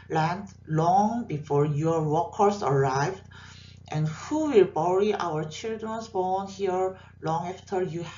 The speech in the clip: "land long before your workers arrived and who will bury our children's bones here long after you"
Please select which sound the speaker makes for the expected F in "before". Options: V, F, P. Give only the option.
F